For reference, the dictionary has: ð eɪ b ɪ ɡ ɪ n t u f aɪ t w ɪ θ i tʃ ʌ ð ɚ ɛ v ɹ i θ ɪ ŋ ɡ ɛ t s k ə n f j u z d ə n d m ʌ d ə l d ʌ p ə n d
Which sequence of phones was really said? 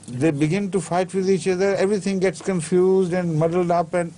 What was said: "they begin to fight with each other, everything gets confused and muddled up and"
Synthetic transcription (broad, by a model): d eɪ b ɪ ɡ ɪ n t u f aɪ t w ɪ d i tʃ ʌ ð ɚ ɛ v ɹ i t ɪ ŋ ɡ ɛ t s k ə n f j u z d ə n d m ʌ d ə l d ʌ p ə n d